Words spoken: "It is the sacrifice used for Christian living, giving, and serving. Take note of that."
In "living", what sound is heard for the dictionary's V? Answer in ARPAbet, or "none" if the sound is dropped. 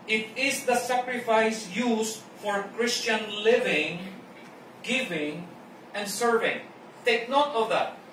V